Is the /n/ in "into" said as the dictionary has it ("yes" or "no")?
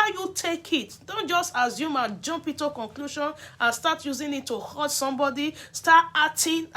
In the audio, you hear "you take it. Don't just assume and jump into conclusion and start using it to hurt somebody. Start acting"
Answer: no